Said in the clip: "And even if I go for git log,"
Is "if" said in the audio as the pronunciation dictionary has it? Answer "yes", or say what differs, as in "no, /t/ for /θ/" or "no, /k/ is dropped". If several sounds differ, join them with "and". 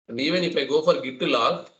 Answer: no, /p/ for /f/